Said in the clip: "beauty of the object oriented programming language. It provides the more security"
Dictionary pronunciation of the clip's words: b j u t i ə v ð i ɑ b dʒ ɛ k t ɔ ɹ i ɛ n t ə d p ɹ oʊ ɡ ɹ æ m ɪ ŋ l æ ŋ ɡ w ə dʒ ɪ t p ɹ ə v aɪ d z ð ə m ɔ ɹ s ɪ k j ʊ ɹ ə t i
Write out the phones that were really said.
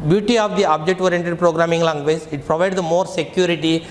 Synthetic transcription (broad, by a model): b j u t i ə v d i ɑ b dʒ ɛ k t ɔ ɹ i ɛ n t ə d p ɹ oʊ ɡ ɹ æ m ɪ ŋ l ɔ ŋ ɡ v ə z ɪ t p ɹ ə v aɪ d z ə m ɔ ɹ s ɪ k j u ɹ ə t i